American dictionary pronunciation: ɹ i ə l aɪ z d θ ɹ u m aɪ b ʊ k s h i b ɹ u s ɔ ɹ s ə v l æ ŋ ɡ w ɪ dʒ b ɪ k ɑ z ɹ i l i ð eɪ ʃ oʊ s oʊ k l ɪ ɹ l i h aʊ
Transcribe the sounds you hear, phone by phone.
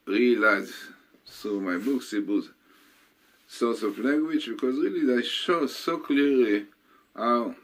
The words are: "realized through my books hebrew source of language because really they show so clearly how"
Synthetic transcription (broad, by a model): ɹ i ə l aɪ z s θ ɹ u m aɪ b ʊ k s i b u s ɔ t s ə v l æ ŋ ɡ w ɪ dʒ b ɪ k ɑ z ɹ i l i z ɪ ʃ oʊ s oʊ k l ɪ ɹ l i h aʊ